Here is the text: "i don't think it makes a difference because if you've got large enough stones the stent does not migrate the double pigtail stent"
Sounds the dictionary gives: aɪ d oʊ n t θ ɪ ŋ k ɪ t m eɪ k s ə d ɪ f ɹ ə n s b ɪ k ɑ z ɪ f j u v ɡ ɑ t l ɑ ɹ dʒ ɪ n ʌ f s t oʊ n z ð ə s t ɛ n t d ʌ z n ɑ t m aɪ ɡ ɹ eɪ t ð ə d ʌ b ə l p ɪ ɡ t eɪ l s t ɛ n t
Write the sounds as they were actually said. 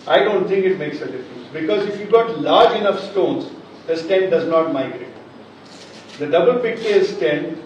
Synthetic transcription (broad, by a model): aɪ d oʊ n t t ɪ ŋ k ɪ t m eɪ k s ə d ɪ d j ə s b ɪ k ɑ z ɪ f j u ɡ ɑ t l ɑ ɹ dʒ ɪ n ʌ f s t oʊ n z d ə s t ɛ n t d ʌ z n ɑ t m aɪ ɡ ɹ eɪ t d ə d ʌ b ə l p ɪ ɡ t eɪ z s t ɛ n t